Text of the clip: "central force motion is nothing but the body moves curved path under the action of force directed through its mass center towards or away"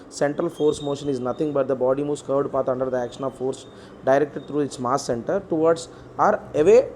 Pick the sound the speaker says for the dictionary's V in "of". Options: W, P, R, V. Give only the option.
V